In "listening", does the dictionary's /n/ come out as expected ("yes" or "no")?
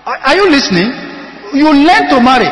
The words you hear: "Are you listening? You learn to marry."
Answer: yes